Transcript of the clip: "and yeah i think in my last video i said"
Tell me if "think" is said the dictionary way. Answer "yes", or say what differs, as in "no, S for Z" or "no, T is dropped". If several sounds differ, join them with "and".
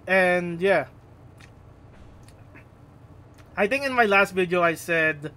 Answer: no, T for TH